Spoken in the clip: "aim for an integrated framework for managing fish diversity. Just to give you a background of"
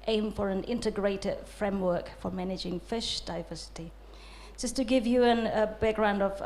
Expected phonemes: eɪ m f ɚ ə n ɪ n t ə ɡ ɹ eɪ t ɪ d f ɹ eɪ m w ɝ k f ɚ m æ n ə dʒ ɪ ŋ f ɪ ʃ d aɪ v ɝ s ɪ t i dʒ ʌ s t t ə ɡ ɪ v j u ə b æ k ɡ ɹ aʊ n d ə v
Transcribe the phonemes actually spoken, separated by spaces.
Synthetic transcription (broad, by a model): eɪ m f ɚ ə n ɪ n t ə ɡ ɹ eɪ t ɪ d f ɹ eɪ m w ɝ k f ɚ m æ n ə dʒ ɪ ŋ f ɪ ʃ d aɪ v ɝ s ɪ t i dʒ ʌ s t t ə ɡ ɪ v j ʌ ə b æ k ɡ ɹ aʊ n d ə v